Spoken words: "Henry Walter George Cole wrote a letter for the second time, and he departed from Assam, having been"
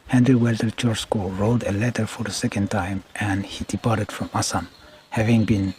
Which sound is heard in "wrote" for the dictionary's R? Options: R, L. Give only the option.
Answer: R